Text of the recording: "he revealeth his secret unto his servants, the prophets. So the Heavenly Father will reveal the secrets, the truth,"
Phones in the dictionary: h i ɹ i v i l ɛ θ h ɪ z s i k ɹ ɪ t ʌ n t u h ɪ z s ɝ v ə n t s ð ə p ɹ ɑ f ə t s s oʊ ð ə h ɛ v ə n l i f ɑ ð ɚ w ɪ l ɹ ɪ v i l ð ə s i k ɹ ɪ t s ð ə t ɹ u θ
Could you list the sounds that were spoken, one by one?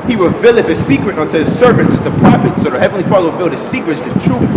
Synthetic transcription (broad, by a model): h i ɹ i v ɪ l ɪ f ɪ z s i k ɹ ɪ t ʌ n t u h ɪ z s ɝ v ə n t s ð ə p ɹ ɑ f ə t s s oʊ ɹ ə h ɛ v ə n l i f ɑ ð ɚ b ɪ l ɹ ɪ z s i k ɹ ɪ t s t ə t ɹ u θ